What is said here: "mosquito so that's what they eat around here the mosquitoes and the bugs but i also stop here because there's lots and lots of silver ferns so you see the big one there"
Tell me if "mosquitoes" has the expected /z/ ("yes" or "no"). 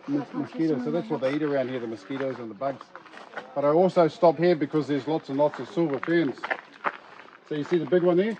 yes